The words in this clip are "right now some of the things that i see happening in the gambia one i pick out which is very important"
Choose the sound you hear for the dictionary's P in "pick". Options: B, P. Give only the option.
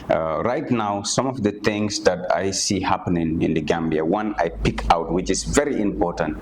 P